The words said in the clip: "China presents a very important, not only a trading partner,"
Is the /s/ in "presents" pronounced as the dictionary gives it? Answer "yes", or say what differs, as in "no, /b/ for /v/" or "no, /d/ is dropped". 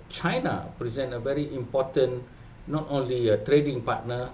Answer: no, /s/ is dropped